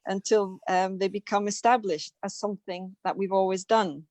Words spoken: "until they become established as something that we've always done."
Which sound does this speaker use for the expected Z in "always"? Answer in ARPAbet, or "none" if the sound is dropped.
Z